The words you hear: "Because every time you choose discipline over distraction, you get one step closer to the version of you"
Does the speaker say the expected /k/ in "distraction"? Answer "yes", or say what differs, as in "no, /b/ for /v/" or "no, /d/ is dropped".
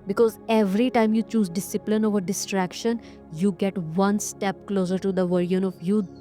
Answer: yes